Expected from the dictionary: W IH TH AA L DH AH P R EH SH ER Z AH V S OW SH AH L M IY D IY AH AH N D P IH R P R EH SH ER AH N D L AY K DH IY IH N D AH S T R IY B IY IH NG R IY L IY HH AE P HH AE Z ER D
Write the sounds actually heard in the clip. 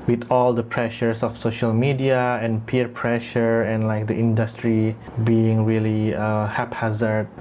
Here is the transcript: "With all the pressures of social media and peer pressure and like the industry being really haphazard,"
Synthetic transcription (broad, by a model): W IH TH AA L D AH P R EH SH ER S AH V S OW SH AH L M IY D IY AH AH N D P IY R P R EH SH ER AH N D L AY K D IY IH N D AH S T R IY B IY IH NG R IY L IY HH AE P HH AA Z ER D